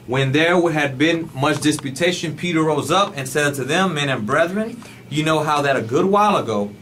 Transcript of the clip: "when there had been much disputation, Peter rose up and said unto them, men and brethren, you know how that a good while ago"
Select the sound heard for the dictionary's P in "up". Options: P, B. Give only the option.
P